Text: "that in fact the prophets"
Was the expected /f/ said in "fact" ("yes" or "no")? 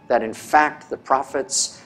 yes